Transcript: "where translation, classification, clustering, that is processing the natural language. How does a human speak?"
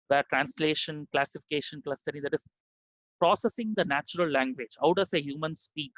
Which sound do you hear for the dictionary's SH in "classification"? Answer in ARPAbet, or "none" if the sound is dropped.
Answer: SH